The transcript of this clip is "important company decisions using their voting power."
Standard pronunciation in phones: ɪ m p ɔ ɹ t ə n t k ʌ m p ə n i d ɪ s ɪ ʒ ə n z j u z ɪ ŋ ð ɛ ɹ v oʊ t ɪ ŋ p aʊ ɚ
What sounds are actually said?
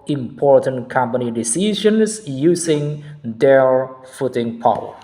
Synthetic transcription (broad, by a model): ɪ m p ɔ ɹ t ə n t k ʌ m p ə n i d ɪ s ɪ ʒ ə n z j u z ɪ ŋ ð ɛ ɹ f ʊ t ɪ ŋ p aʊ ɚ